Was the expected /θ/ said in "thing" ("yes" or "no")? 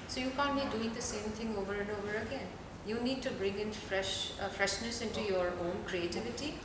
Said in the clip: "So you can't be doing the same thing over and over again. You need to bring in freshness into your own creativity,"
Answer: no